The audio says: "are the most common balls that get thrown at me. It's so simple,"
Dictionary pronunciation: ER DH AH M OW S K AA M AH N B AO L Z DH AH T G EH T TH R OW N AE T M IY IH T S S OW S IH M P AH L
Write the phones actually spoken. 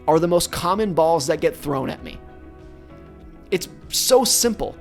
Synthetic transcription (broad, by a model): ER DH AH M OW S K AA M AH N B AO L Z DH AH T G EH T TH R OW N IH T M IY IH T S S OW S IH M P L